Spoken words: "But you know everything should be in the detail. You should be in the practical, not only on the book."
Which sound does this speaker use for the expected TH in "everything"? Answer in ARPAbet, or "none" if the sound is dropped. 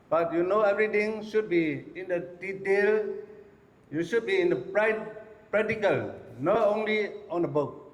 T